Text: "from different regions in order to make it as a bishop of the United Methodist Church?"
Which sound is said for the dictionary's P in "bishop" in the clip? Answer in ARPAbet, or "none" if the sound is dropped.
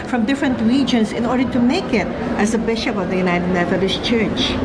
P